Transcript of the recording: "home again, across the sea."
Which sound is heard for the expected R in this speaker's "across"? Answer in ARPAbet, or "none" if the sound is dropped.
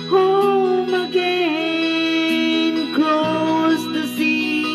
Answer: L